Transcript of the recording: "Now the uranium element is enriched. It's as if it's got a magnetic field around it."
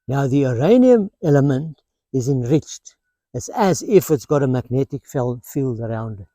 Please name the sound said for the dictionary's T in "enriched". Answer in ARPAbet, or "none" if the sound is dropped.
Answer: T